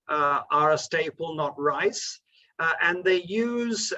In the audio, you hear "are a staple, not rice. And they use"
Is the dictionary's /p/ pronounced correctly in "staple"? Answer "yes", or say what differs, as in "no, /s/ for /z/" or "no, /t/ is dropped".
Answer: yes